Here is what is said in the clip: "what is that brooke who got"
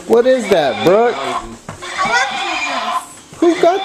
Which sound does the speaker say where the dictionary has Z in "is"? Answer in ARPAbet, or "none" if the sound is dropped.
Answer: Z